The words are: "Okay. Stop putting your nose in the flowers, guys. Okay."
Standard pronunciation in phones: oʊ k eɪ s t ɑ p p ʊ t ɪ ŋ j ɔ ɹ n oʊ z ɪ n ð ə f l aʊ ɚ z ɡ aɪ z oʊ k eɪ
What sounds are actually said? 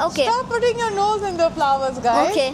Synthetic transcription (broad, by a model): oʊ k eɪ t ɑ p p ʊ t ɪ ŋ j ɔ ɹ n oʊ z ɪ n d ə f l aʊ ɚ z ɡ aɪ oʊ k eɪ